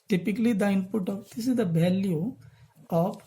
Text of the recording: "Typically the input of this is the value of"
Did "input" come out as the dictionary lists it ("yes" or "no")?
yes